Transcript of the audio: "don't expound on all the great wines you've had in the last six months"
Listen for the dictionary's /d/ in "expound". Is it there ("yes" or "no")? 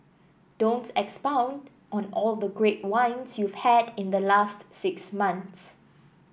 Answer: yes